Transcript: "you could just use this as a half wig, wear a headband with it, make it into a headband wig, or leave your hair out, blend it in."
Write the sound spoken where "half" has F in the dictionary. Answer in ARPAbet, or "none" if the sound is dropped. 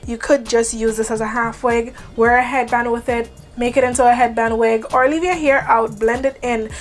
F